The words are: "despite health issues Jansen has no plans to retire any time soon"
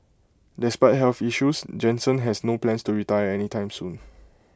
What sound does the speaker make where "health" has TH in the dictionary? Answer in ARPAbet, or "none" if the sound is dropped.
F